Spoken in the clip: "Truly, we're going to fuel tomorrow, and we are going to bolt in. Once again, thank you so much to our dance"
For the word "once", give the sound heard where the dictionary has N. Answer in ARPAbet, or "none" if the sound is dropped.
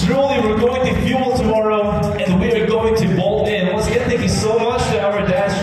none